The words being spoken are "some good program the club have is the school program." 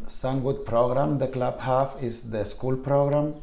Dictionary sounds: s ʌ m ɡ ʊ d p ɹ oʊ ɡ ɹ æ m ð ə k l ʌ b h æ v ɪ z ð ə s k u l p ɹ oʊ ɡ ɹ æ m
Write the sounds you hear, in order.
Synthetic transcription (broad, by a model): s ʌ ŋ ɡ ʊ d p ɹ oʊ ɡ ɹ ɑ m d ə k l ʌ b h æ f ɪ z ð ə s k u l p ɹ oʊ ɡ ɹ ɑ m